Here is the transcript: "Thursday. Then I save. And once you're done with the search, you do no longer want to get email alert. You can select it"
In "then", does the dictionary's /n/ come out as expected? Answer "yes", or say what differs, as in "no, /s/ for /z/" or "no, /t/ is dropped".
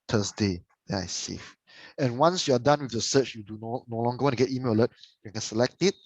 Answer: no, /n/ is dropped